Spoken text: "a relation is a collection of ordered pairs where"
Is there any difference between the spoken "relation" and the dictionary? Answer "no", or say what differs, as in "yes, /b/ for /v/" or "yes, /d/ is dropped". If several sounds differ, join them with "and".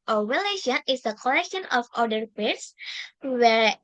yes, /w/ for /ɹ/